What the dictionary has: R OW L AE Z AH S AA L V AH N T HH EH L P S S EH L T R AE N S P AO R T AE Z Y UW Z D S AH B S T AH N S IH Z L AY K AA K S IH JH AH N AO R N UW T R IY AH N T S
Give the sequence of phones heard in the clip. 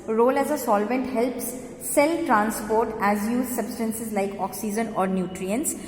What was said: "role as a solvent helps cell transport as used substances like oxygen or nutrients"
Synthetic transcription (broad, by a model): R OW L AE Z AH S AA L V AH N T HH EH L P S S EH L T R AE N S P AO R T AE Z Y UW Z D S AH B S T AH N S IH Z L AY K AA K S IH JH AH N AO R N UW T R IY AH N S